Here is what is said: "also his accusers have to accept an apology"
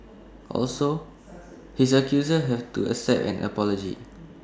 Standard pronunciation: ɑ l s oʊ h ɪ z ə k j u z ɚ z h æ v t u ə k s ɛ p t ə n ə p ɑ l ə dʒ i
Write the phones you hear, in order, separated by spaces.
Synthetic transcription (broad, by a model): ɑ l s oʊ h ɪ s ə k j u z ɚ h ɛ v t u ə s ɛ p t ə n ə p ɑ l ə dʒ i